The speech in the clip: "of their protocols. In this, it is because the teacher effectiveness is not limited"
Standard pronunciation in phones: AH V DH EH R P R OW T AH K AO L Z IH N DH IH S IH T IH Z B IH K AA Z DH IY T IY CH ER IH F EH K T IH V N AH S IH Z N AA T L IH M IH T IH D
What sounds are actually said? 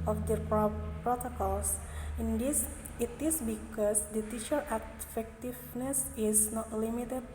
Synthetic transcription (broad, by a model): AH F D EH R P R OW T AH K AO L S IH N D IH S IH T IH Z B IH K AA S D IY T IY SH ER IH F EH K T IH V N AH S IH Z N AA T L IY M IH T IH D